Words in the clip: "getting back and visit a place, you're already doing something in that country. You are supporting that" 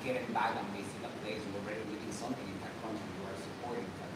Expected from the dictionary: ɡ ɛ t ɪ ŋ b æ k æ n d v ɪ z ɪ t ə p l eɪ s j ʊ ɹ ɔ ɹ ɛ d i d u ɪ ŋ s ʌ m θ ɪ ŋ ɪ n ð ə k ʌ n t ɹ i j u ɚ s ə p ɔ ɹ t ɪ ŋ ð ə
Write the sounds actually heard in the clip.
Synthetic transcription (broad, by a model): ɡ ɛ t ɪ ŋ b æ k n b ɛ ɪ s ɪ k ə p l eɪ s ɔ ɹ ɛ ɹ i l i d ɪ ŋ s ʌ m θ ɪ ŋ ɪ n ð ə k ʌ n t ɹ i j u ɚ s ə p ɔ ɹ t ɪ ŋ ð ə